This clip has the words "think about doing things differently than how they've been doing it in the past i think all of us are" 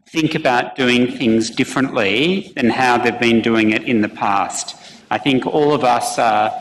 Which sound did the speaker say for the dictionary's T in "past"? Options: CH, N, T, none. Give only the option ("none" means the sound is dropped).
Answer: T